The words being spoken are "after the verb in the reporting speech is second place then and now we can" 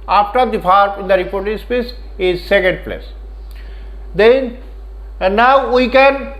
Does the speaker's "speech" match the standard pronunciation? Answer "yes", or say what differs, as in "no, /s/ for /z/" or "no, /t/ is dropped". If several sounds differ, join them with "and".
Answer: no, /s/ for /tʃ/